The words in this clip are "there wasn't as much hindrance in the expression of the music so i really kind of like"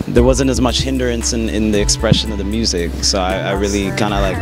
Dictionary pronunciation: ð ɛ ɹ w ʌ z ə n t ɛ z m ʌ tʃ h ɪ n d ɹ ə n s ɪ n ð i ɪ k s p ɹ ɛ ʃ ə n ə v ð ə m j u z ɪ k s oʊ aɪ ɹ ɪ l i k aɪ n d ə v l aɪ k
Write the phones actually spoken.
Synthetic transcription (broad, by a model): ð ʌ ɹ w ʌ z ə n t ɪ z m ʌ tʃ h ɪ n d ɹ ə n s ɪ n ð i ɪ k s p ɹ ɛ ʃ ə n ə v ð ə m j u z ɪ k s oʊ aɪ ɹ ɪ l i k aɪ n d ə l aɪ k